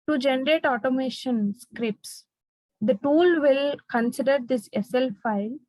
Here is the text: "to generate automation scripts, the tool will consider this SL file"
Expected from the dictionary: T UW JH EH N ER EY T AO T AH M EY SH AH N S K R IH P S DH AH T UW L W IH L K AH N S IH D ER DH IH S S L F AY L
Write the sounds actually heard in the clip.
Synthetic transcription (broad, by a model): T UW JH EH N ER EY T AO T AH M EY SH AH N S K R IH P S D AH T UW L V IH L K AH N S IH D ER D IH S S L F AY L